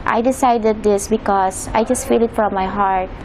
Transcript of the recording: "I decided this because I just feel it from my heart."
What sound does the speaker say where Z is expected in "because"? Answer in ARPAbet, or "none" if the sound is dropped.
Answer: S